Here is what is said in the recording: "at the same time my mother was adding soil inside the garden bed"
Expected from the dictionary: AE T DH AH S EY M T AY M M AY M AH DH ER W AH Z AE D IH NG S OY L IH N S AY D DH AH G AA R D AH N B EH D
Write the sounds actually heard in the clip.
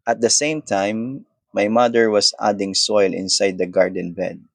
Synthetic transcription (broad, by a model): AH T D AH S EY M T AY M M AY M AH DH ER W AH S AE D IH NG S OY L IH N S AY D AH G AA R D AH N B EH D